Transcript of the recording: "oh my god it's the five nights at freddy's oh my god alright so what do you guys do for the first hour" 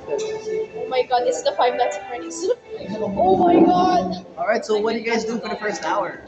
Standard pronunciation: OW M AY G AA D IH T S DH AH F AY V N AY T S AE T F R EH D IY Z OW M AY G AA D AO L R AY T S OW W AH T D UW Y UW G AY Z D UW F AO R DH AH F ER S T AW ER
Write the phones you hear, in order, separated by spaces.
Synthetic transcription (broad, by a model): OW M AY G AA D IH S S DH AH F AY V L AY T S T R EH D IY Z OW M AY G AA D AO L R AY T S OW W AH T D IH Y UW G AY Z D UW F AO R DH AH F ER S T AW ER